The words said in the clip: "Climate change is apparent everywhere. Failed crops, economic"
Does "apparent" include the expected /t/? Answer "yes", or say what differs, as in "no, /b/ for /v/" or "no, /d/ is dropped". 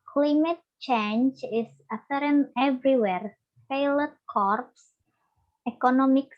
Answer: no, /t/ is dropped